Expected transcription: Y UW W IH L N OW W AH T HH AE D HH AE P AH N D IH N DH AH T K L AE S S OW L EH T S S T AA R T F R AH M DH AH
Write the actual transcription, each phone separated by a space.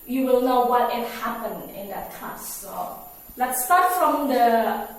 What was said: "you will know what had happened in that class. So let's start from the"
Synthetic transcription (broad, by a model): Y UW W IH L N OW W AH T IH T HH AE P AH N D IH N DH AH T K AA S S OW L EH T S S T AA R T F R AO M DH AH